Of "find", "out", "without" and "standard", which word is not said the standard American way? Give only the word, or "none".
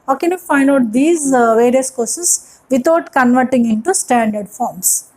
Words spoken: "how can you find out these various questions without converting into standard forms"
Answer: without